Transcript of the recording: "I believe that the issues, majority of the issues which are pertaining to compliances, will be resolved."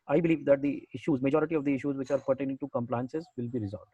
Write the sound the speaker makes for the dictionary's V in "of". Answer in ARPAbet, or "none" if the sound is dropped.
V